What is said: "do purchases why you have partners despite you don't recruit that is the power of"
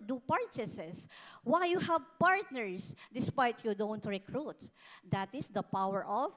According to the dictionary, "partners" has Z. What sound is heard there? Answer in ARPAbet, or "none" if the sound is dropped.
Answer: S